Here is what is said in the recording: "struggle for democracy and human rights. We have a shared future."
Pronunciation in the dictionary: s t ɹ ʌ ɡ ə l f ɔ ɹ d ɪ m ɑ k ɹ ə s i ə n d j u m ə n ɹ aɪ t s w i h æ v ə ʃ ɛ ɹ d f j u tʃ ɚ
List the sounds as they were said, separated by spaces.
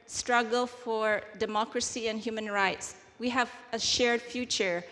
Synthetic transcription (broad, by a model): s t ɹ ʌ ɡ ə l f ɔ ɹ d ɪ m ɑ k ɹ ə s i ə n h j u m ə n ɹ aɪ t s w i h æ v ə ʃ ɛ ɹ d f j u tʃ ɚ